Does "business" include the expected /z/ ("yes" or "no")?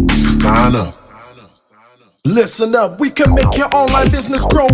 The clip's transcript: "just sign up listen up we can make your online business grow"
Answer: yes